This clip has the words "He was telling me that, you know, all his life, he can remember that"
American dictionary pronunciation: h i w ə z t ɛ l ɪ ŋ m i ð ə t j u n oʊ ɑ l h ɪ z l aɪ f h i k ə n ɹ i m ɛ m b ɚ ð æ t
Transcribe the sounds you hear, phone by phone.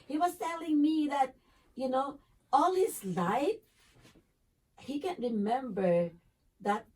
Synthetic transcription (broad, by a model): h i w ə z t ɛ l ɪ ŋ m i ð ə t j u n oʊ ɑ l h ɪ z l aɪ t h i k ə n ɹ i m ɛ m b ɚ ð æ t